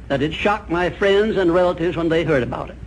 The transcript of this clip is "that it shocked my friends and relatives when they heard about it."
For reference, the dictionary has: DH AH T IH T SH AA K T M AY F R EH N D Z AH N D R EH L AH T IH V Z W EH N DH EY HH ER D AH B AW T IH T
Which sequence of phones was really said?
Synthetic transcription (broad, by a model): DH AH T IH T SH AA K M AY F R EH N D Z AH N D R EH L AH T IH V Z W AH N DH EY HH ER D AH B AW T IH T